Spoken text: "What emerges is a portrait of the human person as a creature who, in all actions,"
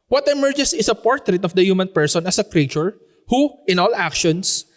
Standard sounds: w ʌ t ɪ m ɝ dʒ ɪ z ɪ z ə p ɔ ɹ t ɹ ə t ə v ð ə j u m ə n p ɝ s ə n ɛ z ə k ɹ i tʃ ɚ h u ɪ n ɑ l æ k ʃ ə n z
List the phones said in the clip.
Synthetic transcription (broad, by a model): w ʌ t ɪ m ɝ dʒ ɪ s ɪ s ə p ɔ ɹ t ɹ ə t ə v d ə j u m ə n p ɝ s ə n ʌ s ə k ɹ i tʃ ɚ h u ɪ n ɑ l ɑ k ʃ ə n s